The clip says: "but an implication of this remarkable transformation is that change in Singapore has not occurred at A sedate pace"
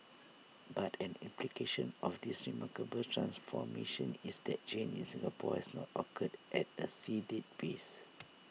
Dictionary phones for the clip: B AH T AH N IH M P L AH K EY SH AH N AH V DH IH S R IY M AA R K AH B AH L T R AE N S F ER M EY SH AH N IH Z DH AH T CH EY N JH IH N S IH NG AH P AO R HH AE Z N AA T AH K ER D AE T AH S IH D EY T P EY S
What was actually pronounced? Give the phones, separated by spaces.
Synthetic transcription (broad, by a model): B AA T AH N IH M P L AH K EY SH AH N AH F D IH S R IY M AA K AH B AH L T R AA N S F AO M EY SH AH N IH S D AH T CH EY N IH N S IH NG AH P AO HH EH S N AA T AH K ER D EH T AH S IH D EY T B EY S